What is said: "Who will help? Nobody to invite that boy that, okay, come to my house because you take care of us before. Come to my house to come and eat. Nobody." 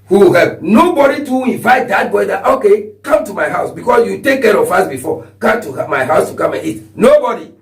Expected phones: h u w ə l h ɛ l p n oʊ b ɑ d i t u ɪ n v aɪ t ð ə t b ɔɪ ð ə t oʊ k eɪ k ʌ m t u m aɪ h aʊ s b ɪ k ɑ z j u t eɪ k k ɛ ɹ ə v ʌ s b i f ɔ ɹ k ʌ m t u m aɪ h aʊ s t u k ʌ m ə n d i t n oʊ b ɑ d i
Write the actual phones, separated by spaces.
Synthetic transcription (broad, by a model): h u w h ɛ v n oʊ b ɑ d i t u ɪ n v aɪ t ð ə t b ɔɪ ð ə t oʊ k eɪ k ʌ m t u m aɪ h aʊ s b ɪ k ɑ s j u t eɪ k k ɛ ɹ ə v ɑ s b i f ɔ k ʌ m t u m aɪ h aʊ s t u k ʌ m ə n i t n oʊ b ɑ d i